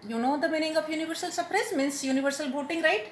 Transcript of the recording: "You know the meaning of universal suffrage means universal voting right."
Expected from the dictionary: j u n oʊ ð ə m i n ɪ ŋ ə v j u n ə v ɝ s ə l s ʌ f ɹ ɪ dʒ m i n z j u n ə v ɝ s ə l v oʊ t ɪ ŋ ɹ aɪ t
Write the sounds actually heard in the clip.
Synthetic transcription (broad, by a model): j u n oʊ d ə m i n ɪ ŋ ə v j u n ə v ɝ s ə l s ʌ p ɹ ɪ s m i n s j u n ə v ɝ s ə l b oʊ t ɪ ŋ ɹ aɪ t